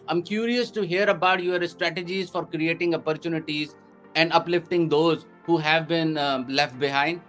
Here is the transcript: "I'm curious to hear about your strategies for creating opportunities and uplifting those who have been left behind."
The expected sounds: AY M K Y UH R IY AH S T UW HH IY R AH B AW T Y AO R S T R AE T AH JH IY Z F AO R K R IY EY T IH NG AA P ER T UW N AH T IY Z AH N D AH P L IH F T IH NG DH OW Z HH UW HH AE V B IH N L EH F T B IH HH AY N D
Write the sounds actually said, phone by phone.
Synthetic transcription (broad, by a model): AY M K Y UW R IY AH S T UW HH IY R AH B AW T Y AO R S T R AE T AH JH IY Z F AO R K R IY EY T IH NG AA P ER T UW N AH T IY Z AH N D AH P L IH F T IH NG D OW Z HH UW HH AE V B IH N L EH F T B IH HH AY N D